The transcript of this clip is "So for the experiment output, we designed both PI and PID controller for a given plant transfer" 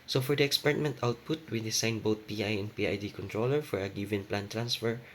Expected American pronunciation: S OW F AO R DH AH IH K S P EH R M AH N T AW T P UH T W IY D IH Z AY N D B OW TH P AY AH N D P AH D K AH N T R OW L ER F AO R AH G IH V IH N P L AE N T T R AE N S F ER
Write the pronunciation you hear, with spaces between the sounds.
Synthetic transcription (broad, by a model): S OW F AO R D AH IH K S P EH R M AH N T AW T P UH T W IY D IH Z AY N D B OW T P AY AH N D P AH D K AH N T R OW L ER F AO R AH G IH V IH N P L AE N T T R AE N S F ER